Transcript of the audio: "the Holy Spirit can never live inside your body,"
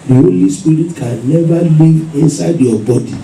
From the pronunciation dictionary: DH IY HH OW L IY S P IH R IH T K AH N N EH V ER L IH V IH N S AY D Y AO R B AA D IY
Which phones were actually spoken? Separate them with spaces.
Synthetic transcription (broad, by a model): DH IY HH OW L IY S P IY R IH T K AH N N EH V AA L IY IH N S AY D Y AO B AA D IY